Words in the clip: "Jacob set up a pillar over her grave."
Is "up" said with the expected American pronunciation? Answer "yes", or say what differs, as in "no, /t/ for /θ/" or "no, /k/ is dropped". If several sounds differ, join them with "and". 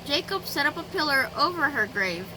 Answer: yes